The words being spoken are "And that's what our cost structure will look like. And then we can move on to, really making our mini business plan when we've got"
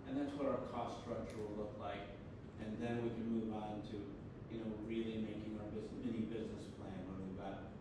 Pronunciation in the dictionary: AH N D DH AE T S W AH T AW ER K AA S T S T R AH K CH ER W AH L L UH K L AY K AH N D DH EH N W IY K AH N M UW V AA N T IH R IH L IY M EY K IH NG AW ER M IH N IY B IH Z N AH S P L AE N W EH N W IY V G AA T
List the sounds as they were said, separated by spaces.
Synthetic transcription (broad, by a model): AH N DH AE T S W AH T AW ER K AA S S T R AH K CH ER W AH L L UH K L AY K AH N DH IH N W IY K AH N M UW V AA N T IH R IH L IY M EY K IH NG AW ER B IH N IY B IH Z N AH S P L AE N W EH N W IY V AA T